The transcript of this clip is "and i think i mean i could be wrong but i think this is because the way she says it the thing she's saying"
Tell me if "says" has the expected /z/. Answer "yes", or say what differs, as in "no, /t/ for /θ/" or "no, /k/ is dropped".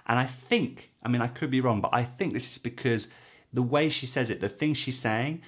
yes